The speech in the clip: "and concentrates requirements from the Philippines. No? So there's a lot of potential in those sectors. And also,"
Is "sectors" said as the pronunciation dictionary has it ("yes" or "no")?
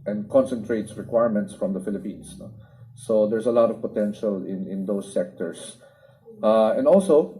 no